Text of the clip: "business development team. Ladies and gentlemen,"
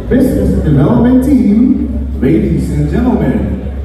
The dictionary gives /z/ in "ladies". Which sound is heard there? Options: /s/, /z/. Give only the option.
/s/